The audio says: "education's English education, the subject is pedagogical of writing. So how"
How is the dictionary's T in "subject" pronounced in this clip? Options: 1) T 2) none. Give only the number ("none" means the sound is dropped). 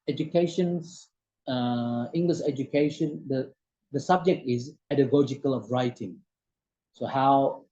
1